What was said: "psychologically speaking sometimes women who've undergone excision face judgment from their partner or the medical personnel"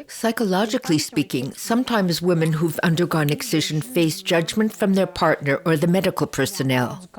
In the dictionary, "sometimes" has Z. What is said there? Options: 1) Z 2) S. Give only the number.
1